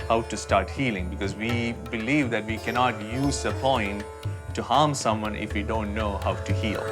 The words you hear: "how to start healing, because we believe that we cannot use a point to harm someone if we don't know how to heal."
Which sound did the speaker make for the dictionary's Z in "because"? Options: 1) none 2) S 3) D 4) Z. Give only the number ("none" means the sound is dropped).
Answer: 4